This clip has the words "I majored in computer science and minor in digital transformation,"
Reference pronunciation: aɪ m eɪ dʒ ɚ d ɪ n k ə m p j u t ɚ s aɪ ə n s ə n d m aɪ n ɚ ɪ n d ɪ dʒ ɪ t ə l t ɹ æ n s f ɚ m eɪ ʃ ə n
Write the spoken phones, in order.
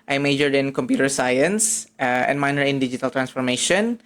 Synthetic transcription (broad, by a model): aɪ m eɪ dʒ ɚ d ɪ n k ə m p j u t ɚ s aɪ ə n s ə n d m aɪ n ɚ ɪ n d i dʒ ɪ t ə l t ɹ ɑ n s f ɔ m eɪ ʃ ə n